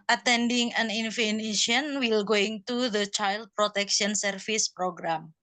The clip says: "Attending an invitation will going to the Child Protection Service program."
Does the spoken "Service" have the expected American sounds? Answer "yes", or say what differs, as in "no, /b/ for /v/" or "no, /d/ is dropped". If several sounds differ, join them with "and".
no, /f/ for /v/